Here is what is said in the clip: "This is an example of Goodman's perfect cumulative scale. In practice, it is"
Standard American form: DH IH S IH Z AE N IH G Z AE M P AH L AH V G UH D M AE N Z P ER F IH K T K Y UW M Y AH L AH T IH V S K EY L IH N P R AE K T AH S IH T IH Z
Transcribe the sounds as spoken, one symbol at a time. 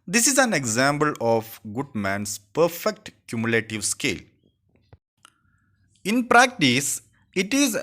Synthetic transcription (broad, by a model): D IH S IH Z AE N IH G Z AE M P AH L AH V G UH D M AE N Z P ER F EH K T K Y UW M Y L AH T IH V S K EY L IH N P R AE K T AH S IH T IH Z